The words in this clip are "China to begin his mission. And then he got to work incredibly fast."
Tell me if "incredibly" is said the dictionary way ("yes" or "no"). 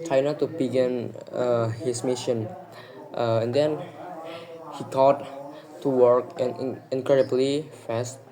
yes